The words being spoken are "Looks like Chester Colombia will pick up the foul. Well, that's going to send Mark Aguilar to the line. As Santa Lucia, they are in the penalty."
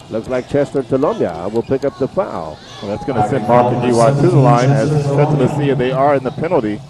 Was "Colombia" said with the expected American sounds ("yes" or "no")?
yes